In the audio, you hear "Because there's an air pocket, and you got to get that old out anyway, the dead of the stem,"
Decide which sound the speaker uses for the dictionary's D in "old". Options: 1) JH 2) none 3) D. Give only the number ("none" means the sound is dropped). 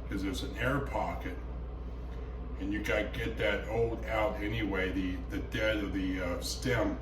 3